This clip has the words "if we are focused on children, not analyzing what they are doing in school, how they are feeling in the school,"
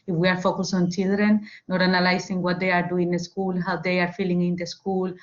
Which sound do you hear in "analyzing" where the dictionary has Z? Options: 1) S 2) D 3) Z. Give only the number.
1